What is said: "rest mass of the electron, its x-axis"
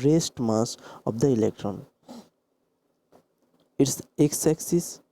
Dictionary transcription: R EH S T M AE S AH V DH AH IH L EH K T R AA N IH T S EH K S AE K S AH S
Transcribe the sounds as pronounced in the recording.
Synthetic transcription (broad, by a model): R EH S T M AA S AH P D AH IH L EH K T R AA N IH T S EH K S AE K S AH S